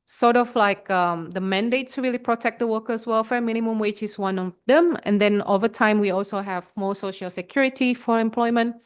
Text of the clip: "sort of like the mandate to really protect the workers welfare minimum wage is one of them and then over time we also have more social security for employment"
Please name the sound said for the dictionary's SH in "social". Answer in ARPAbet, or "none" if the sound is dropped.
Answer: SH